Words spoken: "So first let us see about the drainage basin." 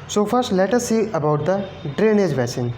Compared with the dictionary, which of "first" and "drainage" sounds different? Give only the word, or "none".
none